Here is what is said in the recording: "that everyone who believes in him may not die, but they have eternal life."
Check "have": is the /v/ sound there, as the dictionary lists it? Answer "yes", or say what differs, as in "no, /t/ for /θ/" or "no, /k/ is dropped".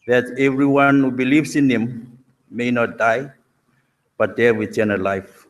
no, /w/ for /v/